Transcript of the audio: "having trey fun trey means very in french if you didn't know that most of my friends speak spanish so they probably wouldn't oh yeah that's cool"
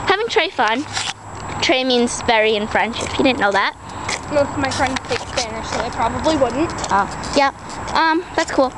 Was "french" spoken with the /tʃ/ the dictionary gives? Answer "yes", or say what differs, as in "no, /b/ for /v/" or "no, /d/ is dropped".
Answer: no, /ʃ/ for /tʃ/